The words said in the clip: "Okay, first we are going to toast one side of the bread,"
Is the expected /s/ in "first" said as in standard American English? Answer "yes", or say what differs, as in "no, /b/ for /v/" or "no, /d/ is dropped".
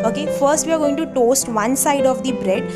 yes